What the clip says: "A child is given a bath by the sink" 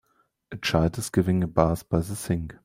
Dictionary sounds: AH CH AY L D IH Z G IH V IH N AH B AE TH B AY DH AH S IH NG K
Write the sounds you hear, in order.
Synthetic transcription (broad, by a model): AH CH AY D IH S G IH V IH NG AH B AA S B AY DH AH S IH NG K